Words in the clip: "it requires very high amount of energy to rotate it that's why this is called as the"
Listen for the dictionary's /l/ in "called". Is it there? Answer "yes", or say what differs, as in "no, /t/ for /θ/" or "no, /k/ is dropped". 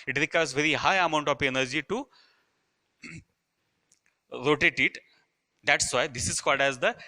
no, /l/ is dropped